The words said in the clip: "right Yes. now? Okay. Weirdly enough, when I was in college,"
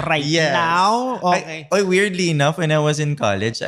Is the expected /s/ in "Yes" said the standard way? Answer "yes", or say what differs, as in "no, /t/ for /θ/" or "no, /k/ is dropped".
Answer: no, /s/ is dropped